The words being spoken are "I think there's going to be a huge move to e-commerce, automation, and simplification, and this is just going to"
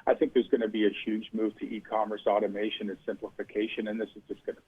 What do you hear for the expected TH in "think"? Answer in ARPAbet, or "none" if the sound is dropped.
TH